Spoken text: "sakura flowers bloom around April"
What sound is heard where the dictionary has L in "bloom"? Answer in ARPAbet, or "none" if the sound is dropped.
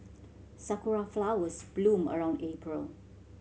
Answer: L